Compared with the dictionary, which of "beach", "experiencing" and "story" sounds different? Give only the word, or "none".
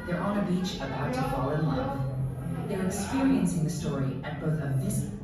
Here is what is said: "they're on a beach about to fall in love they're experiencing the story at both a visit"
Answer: none